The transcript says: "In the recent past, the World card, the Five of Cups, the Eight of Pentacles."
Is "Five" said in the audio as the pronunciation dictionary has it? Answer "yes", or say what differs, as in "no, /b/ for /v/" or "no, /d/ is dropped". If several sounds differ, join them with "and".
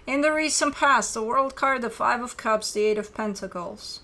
yes